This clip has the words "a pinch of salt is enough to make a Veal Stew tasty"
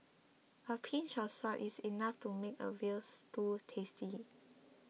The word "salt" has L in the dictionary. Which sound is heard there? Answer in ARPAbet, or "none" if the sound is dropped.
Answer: none